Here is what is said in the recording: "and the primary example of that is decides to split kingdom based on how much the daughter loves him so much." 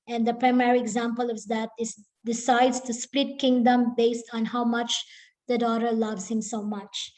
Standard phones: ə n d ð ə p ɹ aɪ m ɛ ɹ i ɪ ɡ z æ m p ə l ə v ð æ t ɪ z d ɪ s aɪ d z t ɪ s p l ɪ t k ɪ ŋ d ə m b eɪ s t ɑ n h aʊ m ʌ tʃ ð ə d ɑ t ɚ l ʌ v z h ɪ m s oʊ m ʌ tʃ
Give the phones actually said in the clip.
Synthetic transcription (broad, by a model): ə n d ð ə p ɹ aɪ m ɛ ɹ i ɪ ɡ z æ m p ə l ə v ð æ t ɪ s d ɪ s aɪ d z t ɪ s p l ɪ t k ɪ ŋ d ə m b eɪ s t ɑ n h aʊ m ʌ tʃ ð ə d ɑ t ɚ l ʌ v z h ɪ m s oʊ m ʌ tʃ